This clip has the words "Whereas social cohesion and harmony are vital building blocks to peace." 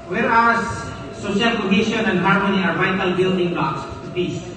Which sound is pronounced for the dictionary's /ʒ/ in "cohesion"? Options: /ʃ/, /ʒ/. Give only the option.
/ʃ/